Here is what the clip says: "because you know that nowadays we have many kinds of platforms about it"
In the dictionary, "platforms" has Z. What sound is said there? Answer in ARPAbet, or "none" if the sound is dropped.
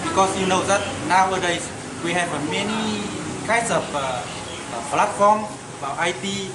none